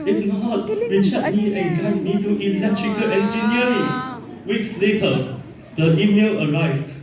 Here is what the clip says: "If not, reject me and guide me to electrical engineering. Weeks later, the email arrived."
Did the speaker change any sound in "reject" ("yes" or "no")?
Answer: yes